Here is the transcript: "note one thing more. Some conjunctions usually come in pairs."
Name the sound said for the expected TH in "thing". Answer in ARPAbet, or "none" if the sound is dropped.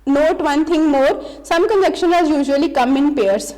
T